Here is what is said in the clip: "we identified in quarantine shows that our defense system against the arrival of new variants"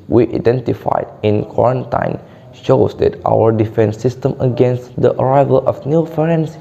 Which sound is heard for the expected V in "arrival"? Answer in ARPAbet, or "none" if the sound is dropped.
V